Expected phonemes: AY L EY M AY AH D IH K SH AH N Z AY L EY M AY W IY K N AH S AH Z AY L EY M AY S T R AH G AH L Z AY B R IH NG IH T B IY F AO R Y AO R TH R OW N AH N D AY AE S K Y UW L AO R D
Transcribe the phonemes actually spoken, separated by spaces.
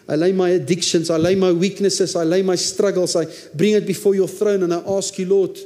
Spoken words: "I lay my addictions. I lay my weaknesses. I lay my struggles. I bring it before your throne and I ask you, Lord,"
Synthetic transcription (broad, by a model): AY L EY M AY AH D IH K SH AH N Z AY L EY M AY W IY K N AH S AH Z AY L EY M AY S T R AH G AH L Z AY B R IH NG IH T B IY F AO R Y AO TH R OW N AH N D AY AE S K Y UW L AO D